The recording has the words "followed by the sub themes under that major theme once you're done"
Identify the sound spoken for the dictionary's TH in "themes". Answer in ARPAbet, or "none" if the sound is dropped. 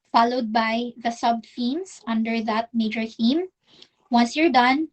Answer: F